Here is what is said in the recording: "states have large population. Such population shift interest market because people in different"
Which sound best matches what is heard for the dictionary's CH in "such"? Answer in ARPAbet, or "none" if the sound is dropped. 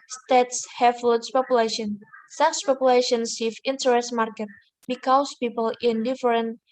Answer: S